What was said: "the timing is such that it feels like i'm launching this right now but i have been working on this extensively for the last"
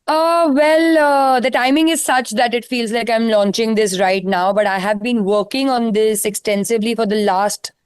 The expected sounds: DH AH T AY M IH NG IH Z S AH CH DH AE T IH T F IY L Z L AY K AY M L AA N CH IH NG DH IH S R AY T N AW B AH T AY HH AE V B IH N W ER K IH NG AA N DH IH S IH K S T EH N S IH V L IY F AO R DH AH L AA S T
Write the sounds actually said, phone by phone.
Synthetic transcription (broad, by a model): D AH T AY M IH NG IH Z S AH CH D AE T IH T F IY L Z L AY K AY M L AA N CH IH NG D IH S R AY T N AW B AH T AY HH AE V B IH N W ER K IH NG AA N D IH S IH K S T EH N S IH V L IY F AO R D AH L AA S T